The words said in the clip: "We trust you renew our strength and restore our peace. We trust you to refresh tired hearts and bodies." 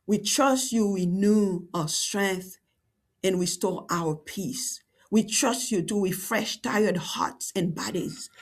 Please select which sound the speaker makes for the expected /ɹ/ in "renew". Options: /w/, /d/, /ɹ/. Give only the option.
/w/